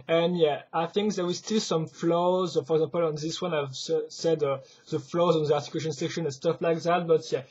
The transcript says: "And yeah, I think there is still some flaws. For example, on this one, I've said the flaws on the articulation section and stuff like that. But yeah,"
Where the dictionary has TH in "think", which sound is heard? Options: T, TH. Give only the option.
TH